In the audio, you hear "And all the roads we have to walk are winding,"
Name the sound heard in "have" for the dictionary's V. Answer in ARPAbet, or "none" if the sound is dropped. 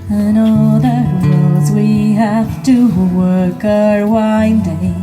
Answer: F